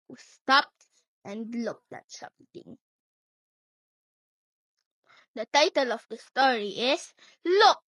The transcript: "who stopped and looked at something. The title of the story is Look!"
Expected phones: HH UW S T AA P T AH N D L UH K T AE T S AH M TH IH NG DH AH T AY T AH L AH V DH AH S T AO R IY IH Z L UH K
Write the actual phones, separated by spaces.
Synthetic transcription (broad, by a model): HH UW S T AA P T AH N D L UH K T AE T S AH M T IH NG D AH T AY T AH L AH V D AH S T AO R IY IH S L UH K